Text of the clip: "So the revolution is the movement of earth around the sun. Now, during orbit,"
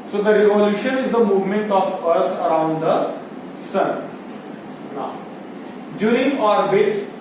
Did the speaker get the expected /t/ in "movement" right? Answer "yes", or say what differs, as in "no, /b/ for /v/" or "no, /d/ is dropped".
yes